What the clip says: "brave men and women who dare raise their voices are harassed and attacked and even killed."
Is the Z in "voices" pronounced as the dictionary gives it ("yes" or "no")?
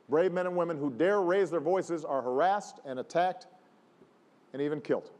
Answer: yes